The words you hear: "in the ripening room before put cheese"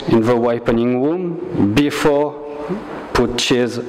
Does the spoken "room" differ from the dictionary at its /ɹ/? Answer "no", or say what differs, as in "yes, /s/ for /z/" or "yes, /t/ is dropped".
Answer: yes, /w/ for /ɹ/